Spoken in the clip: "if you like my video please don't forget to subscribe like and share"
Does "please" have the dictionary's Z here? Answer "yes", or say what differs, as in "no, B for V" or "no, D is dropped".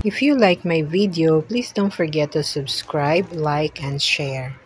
no, S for Z